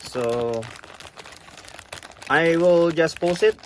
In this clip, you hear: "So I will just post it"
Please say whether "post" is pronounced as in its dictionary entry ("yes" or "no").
no